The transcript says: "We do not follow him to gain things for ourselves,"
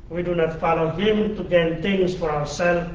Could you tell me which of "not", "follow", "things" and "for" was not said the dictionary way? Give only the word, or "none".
things